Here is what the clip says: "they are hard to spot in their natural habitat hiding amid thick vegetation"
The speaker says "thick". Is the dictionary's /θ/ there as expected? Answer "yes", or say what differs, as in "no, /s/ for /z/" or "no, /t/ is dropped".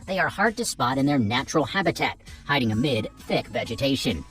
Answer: yes